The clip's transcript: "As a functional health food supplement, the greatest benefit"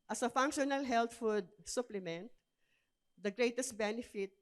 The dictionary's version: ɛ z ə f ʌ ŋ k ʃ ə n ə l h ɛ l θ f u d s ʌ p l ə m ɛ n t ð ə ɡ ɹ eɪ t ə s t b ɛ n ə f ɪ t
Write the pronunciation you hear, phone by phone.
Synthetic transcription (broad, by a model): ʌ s ə f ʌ ŋ k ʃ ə n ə l h ɛ l t f u d s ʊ p l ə m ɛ n t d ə ɡ ɹ eɪ t ə s t b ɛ n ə f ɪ t